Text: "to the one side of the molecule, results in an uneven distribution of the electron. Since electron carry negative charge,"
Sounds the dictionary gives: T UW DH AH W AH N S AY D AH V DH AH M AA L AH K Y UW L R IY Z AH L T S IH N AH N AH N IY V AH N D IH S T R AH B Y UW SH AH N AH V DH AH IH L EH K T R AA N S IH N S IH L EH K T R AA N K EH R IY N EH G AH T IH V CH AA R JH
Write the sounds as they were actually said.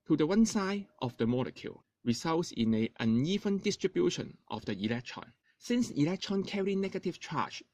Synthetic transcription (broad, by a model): T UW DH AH W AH N S AY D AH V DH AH M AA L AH K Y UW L R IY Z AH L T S IH N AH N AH N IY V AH N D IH S T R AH B Y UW SH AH N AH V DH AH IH L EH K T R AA N S IH N S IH L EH K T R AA N K EH R IY N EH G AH T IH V CH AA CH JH